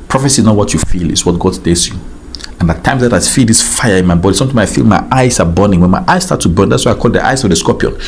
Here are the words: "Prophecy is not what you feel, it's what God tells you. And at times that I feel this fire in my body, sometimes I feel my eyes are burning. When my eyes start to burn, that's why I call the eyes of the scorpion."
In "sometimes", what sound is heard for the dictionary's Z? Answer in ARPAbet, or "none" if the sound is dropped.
none